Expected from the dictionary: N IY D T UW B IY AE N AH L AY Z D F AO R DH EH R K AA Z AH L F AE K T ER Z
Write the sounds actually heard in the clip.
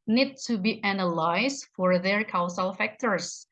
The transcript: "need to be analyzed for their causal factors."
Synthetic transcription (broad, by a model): N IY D T UW B IY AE N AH L AY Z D F AO R DH EH R K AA S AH L F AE K T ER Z